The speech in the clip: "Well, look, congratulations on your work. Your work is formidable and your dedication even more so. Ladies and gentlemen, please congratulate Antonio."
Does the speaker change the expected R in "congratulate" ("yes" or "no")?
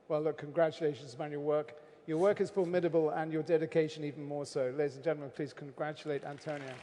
no